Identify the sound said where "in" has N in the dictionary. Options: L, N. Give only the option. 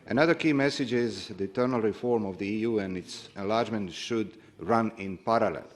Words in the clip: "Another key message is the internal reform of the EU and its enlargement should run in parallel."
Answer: N